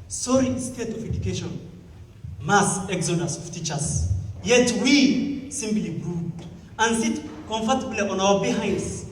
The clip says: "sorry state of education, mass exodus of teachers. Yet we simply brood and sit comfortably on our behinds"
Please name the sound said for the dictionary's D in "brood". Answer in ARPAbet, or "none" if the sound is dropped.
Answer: none